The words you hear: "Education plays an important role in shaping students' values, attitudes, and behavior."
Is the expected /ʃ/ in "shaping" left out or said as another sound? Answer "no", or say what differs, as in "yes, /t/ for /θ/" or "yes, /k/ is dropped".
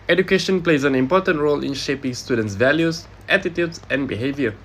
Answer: no